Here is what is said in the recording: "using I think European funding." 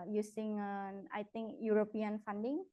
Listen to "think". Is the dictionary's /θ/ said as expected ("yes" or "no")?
no